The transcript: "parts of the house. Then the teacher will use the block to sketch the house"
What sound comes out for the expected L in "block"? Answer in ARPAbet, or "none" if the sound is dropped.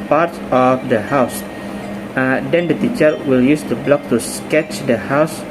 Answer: L